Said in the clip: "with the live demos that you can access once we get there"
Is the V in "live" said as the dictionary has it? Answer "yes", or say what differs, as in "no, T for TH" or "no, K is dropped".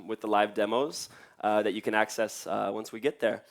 yes